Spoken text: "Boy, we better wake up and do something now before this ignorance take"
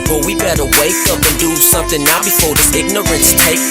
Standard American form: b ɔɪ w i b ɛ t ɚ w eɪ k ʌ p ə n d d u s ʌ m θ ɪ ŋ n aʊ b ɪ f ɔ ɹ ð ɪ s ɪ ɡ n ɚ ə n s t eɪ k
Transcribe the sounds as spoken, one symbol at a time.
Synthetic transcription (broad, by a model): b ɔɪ w i b ɛ t ɚ w eɪ k ʌ p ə n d d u s ʌ m θ ɪ ŋ n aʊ b ɪ f ɔ ɹ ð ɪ ɪ ɡ n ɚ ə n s t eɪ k